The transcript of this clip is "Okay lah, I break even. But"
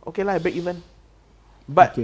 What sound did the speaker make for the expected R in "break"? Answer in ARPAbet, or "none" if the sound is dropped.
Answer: none